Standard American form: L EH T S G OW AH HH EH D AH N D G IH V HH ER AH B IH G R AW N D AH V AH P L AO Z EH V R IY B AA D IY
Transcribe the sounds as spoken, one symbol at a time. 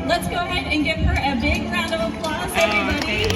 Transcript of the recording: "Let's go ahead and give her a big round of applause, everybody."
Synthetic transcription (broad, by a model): L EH T S G OW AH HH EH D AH N G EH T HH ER AH B IH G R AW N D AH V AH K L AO S EH V R IY B AA D IY